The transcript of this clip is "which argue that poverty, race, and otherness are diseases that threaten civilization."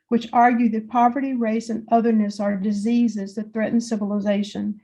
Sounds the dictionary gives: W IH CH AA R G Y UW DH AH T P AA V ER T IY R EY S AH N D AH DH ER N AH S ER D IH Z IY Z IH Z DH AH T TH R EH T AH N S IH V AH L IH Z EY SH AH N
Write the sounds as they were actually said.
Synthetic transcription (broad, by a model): W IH CH AA R G Y UW DH AH T P AA V ER T IY R EY S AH N AH DH ER N AH S ER D IH Z IY Z IH Z DH AH T TH R EH T N S IH V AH L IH Z EY SH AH N